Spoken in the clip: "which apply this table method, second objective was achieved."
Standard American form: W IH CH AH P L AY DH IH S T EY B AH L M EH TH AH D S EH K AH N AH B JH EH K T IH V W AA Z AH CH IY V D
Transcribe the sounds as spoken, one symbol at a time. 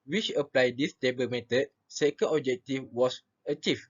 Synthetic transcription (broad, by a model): W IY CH AH P L AY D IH S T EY B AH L M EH T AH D S EH K AH N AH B JH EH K T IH F W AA S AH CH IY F